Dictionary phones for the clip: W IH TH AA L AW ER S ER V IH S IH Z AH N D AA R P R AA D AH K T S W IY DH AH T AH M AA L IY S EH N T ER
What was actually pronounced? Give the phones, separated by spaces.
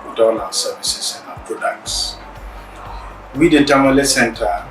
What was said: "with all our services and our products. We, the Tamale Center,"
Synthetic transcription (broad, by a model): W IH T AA N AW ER S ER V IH S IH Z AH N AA P R AA D AH K T S W IY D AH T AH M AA L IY S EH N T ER